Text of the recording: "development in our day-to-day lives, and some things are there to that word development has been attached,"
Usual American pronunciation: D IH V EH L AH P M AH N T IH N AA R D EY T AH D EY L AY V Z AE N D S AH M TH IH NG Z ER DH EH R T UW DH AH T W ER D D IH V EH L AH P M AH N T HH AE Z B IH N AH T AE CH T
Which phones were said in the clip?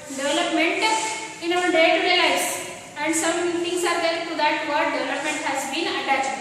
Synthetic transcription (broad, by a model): D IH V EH L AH P M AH N T IH N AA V D EY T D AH L AY Z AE N D S AH M T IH NG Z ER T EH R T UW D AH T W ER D D IH V EH L AH P M AH N T HH AE Z B IH N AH T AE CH